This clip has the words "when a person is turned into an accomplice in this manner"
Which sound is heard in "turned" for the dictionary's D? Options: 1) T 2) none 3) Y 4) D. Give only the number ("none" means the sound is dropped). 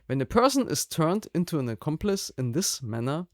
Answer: 4